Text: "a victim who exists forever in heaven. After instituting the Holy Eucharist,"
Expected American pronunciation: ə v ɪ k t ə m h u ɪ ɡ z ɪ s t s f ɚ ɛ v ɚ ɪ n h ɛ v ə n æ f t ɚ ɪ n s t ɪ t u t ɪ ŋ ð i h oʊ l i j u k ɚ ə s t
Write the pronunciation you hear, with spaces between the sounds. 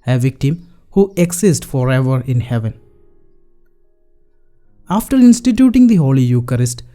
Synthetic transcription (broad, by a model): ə v ɪ k t ə m h u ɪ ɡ s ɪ s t f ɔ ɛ v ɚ ɪ n h ɛ v ə n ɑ f t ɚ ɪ n s t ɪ t u t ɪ ŋ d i h oʊ l i j u k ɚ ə s t